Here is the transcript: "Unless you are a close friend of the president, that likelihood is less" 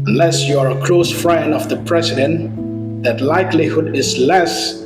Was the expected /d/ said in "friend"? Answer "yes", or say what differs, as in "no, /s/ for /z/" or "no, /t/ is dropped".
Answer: no, /d/ is dropped